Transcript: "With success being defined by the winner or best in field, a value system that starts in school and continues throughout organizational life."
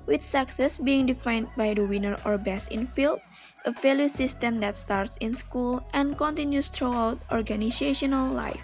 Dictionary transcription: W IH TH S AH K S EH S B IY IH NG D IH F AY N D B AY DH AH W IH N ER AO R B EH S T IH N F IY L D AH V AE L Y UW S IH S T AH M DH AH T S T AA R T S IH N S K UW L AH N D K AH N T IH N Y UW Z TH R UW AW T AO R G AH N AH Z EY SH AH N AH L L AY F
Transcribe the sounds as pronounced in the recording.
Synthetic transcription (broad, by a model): W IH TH S AH K S EH S B IY IH NG D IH F AY N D B AY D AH W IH N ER AO R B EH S IH N F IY L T AH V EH L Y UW S IH S T AH M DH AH T S T AA R T S IH N S K UW L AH N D K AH N T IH N Y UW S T R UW AW T AO R G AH N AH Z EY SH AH N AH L L AY F